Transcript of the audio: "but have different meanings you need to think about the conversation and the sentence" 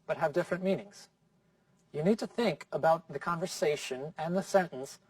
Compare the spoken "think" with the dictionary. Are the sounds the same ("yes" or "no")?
yes